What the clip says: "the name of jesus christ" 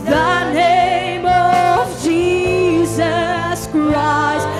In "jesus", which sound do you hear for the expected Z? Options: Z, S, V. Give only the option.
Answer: Z